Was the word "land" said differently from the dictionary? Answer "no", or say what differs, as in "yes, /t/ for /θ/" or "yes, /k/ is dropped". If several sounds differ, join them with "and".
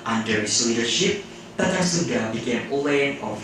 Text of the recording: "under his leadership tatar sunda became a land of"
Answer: yes, /d/ is dropped